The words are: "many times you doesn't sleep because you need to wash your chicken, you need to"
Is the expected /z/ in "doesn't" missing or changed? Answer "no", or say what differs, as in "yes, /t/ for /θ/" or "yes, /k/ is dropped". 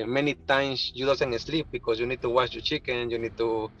yes, /s/ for /z/